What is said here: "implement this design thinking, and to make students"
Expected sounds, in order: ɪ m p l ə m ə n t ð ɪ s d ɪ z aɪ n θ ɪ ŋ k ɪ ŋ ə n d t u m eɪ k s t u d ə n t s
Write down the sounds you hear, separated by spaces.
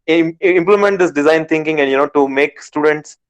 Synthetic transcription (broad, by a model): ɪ m p l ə m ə n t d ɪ s d ɪ z aɪ n t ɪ ŋ k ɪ ŋ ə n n t u m eɪ k s t u d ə n t s